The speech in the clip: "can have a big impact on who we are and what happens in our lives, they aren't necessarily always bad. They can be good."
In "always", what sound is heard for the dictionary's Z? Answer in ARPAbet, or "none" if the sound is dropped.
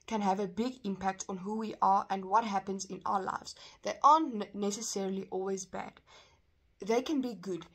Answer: Z